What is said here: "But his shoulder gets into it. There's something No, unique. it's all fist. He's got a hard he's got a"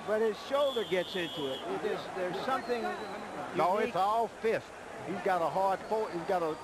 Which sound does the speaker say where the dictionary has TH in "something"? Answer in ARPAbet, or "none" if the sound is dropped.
TH